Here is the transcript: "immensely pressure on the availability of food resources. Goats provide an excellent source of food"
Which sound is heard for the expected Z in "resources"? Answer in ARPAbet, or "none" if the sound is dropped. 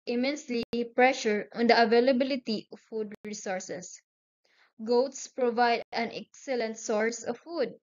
S